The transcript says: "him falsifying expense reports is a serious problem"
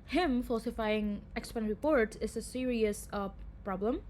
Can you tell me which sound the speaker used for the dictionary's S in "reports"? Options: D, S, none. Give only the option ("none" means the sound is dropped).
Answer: none